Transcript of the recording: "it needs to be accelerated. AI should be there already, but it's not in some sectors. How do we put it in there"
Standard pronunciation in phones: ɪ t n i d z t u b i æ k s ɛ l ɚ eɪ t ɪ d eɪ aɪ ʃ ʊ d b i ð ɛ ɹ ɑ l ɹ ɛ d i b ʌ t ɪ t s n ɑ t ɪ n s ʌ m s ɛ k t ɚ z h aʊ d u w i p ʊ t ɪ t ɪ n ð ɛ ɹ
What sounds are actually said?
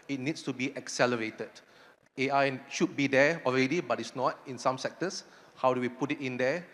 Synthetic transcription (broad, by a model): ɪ t n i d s t u b i æ k s ɛ l ɚ eɪ t ɪ d eɪ aɪ ʃ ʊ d b i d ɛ ɑ l ɹ ɛ d i b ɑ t ɪ t s n ɑ t ɪ n s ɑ m s ɛ k t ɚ s h aʊ d u w i p ʊ t ɪ t ɪ n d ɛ